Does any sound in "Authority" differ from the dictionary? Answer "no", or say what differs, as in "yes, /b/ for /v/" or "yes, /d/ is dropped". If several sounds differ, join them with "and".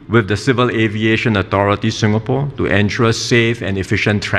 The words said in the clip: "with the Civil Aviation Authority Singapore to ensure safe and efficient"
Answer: yes, /t/ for /θ/